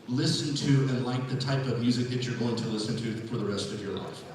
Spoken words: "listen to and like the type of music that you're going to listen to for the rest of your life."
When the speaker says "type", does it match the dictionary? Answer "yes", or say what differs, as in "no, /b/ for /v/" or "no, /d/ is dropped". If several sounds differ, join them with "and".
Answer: yes